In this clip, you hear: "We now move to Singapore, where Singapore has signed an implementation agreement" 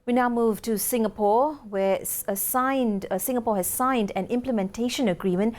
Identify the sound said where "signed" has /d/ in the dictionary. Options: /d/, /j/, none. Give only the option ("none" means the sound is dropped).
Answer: /d/